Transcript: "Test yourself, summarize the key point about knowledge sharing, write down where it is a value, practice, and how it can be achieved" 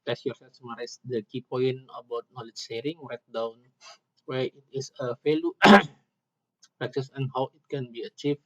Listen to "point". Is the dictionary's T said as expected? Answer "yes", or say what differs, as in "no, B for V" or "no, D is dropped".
no, T is dropped